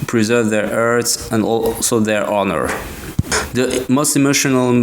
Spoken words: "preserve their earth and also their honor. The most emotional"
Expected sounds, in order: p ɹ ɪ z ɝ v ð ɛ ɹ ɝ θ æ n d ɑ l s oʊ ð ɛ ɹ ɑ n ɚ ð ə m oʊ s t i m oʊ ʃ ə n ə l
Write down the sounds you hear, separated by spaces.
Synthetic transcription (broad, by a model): p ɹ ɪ z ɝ v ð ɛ ɹ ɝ s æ n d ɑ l s oʊ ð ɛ ɹ ɑ n ɚ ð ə m oʊ s t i m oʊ ʃ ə n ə l